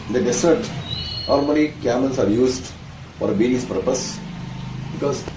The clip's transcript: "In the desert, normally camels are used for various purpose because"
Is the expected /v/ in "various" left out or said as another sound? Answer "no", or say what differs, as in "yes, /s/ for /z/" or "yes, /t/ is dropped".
yes, /b/ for /v/